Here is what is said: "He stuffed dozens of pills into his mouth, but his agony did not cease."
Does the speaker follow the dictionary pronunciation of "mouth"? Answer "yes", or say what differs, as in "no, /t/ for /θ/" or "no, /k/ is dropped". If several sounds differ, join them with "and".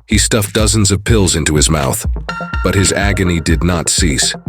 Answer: yes